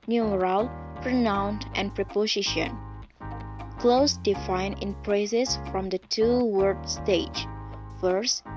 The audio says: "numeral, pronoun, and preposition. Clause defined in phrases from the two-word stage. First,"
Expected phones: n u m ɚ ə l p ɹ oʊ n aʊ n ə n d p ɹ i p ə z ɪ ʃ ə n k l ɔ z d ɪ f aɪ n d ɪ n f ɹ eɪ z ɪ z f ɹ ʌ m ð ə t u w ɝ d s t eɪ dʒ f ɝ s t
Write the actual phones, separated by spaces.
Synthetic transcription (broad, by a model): n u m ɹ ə l p ɹ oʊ n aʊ n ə n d p ɹ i p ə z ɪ ʃ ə n k l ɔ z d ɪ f aɪ n ɪ n p ɹ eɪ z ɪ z f ɹ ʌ m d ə t u w ɝ d s t eɪ dʒ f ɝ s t